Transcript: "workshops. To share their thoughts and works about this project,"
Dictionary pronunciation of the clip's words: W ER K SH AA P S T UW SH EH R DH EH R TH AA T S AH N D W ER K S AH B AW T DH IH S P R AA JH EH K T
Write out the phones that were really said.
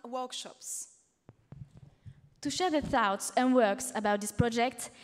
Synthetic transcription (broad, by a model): W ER K SH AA P S T UW SH EH R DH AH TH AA T S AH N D W ER K S AH B AW T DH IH S P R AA JH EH K T